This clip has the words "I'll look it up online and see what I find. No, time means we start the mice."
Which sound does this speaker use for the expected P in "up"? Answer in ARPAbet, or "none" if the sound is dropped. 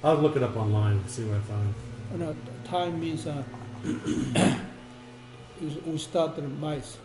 P